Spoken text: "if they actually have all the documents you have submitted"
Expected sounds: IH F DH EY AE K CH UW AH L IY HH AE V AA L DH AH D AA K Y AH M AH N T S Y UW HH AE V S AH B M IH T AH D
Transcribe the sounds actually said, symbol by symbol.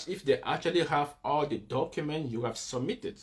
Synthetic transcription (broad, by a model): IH F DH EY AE K CH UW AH L IY HH AE V AA L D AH D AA K Y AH M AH N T Y UW HH AE V S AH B M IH T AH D